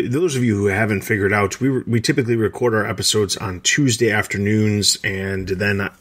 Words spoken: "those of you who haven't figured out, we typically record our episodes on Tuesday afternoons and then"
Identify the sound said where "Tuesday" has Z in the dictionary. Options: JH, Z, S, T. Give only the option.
Z